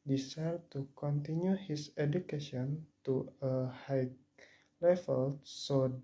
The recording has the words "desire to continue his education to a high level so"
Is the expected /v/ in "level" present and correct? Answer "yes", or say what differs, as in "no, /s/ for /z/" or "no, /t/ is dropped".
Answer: no, /f/ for /v/